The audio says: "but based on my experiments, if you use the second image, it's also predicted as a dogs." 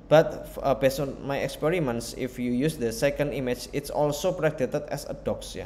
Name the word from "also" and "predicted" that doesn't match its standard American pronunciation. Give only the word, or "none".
predicted